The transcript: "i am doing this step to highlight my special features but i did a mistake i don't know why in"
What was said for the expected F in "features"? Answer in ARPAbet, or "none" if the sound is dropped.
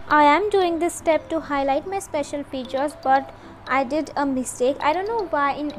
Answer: P